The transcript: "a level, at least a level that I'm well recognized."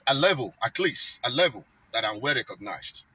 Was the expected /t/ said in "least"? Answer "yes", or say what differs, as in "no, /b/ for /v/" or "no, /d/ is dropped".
no, /t/ is dropped